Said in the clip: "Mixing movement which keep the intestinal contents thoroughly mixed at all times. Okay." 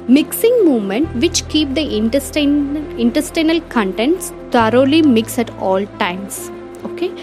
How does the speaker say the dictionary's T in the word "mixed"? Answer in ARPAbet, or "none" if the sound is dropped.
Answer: none